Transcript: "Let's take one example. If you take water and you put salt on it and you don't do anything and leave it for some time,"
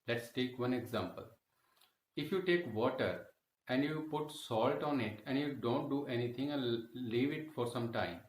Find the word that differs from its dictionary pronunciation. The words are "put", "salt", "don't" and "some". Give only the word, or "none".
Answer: none